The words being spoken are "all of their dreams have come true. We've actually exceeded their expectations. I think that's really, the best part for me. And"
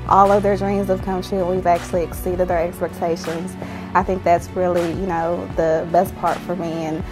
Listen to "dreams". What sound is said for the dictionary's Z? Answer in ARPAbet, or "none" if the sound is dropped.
Z